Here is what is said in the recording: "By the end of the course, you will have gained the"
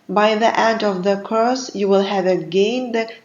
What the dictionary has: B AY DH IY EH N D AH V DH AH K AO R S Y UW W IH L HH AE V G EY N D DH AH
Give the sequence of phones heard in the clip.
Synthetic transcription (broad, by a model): B AY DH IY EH D AH V DH AH K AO S Y UW W IH L HH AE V G EY N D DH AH